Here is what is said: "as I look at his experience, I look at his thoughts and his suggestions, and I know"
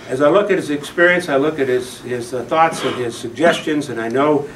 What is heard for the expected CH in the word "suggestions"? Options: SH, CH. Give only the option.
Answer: CH